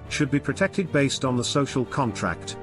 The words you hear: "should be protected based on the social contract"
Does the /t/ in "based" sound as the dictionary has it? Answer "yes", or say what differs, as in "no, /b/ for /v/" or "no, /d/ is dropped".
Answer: yes